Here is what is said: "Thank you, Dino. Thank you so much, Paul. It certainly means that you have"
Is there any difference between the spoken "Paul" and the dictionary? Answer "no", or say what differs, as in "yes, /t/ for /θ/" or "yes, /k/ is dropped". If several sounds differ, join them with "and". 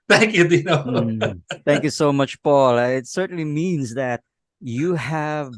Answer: no